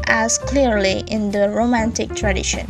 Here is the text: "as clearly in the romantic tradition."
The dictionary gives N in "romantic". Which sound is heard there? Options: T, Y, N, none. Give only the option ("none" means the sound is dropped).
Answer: N